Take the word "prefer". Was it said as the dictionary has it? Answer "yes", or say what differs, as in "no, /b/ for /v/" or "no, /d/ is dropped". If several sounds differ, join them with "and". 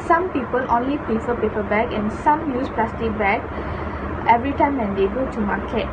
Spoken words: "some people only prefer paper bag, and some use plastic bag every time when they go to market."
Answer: no, /ɹ/ is dropped